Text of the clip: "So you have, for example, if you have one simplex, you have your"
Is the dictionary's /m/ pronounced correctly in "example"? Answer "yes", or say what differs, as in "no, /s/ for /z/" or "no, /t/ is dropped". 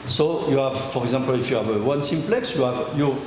no, /m/ is dropped